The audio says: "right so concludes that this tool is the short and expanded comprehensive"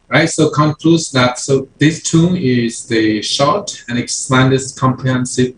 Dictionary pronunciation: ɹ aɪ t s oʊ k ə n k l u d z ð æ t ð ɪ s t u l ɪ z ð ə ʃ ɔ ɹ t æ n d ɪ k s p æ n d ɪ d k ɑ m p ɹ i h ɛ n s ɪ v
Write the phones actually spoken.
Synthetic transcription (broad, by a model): ɹ aɪ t s oʊ k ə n k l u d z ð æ t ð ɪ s t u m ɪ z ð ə ʃ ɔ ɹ t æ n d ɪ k s æ n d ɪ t k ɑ m p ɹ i h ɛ n s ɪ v